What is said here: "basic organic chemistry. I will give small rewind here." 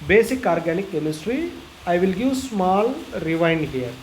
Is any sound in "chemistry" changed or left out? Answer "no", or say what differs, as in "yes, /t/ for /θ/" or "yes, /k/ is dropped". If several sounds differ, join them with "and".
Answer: no